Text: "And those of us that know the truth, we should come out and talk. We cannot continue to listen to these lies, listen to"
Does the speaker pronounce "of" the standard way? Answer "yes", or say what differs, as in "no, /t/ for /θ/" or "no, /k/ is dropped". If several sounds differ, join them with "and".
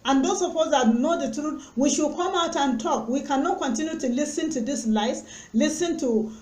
no, /p/ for /v/